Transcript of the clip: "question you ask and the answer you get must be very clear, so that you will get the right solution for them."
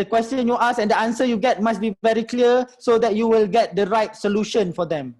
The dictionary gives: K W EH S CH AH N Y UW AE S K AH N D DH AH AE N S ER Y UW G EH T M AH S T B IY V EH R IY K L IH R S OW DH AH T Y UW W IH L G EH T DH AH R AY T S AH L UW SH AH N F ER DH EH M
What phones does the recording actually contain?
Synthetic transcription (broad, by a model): K W EH S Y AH N Y UW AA S AH N D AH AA N S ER Y UW G EH T M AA S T B IY V EH R IY K L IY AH S OW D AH T Y UW W IH L G EH T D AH R AY T S AH L UW SH AH N F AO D EH M